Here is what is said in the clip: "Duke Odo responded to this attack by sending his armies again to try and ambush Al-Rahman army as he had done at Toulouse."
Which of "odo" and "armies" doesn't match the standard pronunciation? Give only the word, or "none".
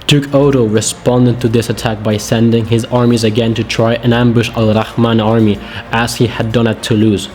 none